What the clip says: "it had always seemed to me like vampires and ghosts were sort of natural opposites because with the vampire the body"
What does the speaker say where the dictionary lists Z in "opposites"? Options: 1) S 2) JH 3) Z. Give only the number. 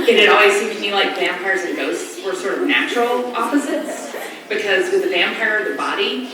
3